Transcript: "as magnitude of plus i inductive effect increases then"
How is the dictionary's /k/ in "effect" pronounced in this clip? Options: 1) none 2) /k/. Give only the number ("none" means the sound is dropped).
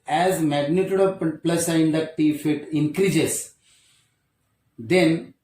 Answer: 1